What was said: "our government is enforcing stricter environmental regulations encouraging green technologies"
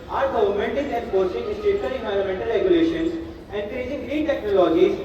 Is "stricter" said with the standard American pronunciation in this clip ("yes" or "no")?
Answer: no